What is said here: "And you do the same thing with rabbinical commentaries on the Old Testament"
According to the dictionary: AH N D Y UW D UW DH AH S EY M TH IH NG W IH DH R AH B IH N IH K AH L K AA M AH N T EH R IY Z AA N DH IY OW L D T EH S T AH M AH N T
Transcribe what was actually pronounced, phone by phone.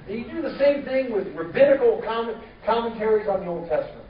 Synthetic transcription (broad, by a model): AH D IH DH AH S EY M TH IH NG W IH DH R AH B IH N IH K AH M K AA M AH N T EH R IY Z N DH IY OW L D T EH S T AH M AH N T